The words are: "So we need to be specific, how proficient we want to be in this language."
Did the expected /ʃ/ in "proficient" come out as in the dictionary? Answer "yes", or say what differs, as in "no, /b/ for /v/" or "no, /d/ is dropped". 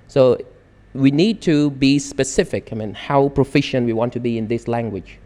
yes